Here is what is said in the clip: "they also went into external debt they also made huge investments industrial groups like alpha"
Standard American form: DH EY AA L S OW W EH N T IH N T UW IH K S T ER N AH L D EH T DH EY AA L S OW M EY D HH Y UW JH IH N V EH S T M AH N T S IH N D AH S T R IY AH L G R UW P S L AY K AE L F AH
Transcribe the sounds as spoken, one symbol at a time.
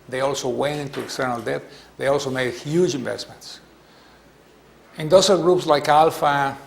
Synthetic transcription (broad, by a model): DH EY AA L S OW W EH N T IH N T UW IH K S T ER N AH L D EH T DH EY AA L S OW M EY D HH Y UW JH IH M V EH S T M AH N T S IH N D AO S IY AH G R UW P S L AY K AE L F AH